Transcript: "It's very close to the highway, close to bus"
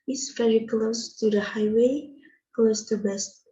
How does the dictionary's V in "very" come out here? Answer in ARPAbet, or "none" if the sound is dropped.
F